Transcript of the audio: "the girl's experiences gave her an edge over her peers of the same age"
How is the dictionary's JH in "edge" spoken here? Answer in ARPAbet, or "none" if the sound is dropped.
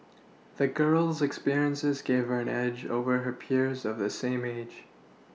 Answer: JH